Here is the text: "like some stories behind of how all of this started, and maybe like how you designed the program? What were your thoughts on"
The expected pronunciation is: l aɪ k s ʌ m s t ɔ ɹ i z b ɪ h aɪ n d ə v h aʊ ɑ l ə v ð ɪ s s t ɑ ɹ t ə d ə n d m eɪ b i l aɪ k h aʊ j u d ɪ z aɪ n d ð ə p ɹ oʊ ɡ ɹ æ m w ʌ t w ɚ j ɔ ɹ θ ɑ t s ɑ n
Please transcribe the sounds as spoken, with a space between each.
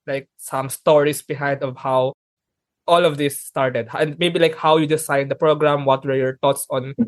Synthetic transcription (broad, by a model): l aɪ k s ʌ m s t ɔ ɹ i s b ɪ h aɪ n d ə v h aʊ ɑ l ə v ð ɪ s s t ɑ ɹ t ə d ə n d m eɪ b i l aɪ k h aʊ j u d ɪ s aɪ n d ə p ɹ oʊ ɡ ɹ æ m w ʌ t w ɚ j ɔ ɹ t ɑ t s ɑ n